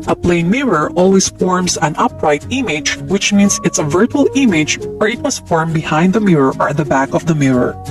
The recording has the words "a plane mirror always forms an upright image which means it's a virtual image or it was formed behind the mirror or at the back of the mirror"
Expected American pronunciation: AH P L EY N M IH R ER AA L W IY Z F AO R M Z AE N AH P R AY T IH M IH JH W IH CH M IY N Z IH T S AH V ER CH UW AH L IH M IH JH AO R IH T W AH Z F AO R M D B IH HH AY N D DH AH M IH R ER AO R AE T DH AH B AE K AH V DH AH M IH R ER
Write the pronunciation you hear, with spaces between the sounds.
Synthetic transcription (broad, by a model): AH P L EY N M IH R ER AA L W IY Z F AO R M S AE N AH P R AY T IH M IH JH W IH CH M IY N S IH T S AH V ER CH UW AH L IH M IH JH AO R IH T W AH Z F AO R M B IH HH AY N D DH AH M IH R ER AO R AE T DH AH B AE K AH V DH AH M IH R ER